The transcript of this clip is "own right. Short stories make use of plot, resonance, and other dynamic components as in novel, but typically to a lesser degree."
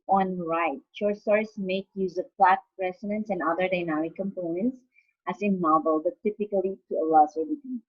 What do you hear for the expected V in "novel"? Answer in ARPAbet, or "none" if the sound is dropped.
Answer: B